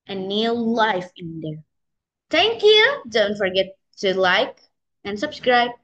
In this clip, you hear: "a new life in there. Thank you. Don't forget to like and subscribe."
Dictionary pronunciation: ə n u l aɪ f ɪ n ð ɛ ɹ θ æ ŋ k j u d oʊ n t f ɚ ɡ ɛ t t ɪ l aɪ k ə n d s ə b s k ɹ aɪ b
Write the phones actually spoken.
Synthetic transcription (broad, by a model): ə n u l aɪ f ɪ n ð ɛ ɹ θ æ ŋ k j u d oʊ n t f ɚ ɡ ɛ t t ɪ l aɪ k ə n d s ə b s k ɹ aɪ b